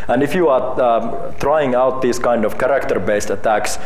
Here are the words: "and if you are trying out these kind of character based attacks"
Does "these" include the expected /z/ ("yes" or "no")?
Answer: no